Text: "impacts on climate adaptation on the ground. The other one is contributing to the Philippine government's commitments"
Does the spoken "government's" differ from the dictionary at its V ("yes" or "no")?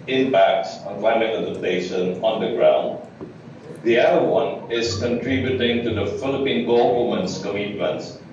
yes